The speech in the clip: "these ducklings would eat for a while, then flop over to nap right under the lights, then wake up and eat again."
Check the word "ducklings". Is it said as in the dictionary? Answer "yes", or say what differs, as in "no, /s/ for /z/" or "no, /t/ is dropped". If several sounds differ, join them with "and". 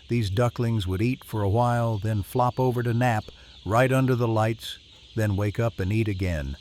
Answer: yes